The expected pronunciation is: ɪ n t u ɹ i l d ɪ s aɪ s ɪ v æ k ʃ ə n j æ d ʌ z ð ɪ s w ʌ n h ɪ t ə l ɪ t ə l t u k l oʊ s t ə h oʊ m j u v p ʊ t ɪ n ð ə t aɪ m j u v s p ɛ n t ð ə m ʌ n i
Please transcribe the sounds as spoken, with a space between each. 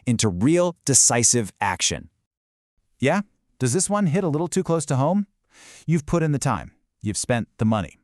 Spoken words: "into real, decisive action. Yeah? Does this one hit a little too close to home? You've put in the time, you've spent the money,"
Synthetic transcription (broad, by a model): ɪ n t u ɹ i l d ɪ s aɪ s ɪ v æ k ʃ ə n j æ d ʌ z ð ɪ s w ʌ n h ɪ t ə l ɪ t l t u k l oʊ s t ə h oʊ m j u v p ʊ t ɪ n ð ə t aɪ m j u v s p ɛ n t ð ə m ʌ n i